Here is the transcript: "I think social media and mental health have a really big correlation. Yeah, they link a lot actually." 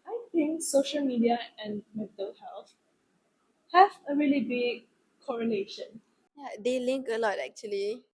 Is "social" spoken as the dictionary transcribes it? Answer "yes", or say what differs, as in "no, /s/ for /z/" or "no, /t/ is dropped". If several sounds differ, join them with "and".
yes